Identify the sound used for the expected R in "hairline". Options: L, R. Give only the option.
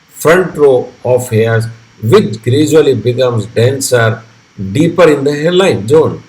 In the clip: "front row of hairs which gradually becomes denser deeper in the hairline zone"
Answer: L